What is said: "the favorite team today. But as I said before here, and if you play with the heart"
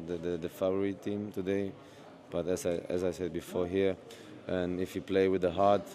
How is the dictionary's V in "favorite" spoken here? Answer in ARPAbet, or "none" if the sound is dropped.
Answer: F